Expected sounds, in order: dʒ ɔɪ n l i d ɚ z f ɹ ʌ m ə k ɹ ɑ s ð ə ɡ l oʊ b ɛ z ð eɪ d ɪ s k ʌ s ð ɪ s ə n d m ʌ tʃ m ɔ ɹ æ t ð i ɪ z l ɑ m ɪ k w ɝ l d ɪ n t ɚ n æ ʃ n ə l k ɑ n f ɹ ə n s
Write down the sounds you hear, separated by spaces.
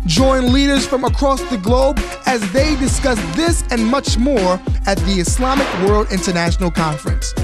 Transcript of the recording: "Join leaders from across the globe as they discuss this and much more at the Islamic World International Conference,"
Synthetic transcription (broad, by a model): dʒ ɔɪ n l i d ɚ z f ɹ ʌ m ə k ɹ ɑ s ð ə ɡ l oʊ b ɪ z ð eɪ d ɪ s k ʌ s ð ɪ s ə n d m ʌ tʃ m ɔ ɹ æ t ð i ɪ s l ɑ m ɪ k w ɝ l d ɪ n t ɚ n æ ʃ n l k ɑ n f ɹ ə n s